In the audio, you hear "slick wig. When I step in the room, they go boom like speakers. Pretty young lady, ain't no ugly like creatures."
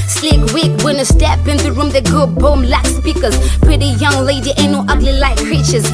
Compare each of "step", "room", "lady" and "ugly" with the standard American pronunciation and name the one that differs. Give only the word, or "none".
none